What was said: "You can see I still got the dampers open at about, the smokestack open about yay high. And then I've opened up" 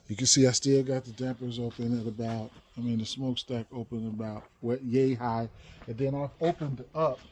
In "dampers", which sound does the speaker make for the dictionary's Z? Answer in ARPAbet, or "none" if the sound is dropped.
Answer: Z